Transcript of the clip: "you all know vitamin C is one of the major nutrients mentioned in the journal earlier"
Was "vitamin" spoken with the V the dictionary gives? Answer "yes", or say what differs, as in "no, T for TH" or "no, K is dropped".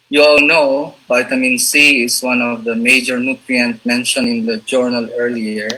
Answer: no, B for V